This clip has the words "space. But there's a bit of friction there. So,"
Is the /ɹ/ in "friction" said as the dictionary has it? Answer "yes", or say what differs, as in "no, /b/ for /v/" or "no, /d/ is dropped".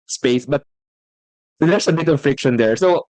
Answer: yes